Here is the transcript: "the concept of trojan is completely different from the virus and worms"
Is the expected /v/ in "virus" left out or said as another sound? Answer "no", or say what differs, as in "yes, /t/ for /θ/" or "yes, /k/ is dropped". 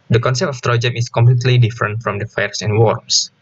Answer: yes, /f/ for /v/